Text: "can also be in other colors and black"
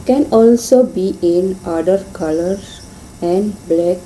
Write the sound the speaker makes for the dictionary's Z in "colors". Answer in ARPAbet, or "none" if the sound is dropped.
none